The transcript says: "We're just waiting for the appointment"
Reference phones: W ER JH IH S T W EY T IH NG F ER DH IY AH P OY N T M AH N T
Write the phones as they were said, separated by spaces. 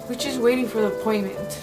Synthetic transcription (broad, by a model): W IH CH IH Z W EY T IH NG F ER DH IY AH P OY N M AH N T